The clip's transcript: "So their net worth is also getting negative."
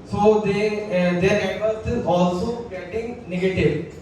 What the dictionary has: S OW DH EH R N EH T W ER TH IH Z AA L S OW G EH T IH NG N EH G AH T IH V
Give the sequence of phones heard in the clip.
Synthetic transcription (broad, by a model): S OW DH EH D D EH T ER S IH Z AA L S OW G EH T IH NG N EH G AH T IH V